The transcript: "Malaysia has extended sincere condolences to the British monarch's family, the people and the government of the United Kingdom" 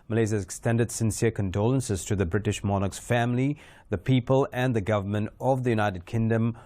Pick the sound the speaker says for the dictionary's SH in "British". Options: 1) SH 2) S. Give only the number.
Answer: 1